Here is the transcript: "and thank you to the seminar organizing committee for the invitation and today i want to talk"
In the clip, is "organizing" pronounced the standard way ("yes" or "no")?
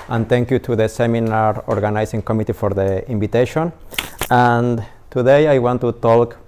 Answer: no